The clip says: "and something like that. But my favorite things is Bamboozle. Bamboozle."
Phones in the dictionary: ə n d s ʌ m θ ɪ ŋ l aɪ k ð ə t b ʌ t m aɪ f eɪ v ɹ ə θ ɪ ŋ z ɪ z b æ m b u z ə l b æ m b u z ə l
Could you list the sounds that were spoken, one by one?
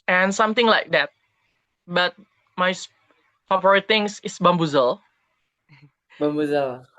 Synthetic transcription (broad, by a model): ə n s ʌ m t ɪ ŋ l aɪ k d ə t b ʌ t m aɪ p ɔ p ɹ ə t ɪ ŋ s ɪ s b æ m b u z ə l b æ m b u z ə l